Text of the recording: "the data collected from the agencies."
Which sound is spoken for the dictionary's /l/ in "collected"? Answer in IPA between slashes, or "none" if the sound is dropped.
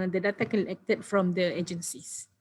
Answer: /n/